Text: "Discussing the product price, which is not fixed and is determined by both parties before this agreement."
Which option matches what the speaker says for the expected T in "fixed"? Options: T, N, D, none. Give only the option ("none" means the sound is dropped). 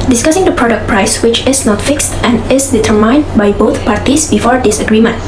T